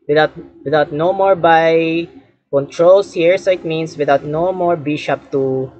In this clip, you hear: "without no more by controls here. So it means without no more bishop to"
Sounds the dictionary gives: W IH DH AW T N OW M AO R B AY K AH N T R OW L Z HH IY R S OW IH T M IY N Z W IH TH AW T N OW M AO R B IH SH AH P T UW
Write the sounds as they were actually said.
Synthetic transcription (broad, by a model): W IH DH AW T N OW M AO R B AY K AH N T R OW L S HH IY R S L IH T M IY N S W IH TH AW T N OW M AO R B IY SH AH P T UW